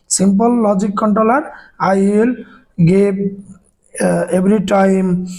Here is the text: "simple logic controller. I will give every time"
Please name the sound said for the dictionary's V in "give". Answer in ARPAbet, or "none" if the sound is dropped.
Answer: B